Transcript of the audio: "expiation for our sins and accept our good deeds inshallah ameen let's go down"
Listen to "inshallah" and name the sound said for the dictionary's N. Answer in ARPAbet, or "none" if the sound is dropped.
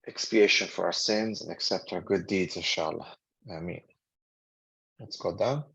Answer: none